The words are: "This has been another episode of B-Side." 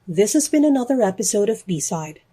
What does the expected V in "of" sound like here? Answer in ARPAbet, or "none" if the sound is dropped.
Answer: V